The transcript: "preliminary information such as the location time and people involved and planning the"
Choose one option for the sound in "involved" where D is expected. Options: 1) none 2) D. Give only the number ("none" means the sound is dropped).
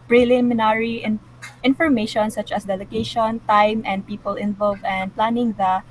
1